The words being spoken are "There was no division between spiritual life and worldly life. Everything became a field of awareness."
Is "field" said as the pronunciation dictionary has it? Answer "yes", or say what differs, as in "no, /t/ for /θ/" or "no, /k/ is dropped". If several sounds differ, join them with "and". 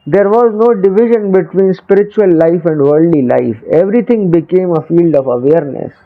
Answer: yes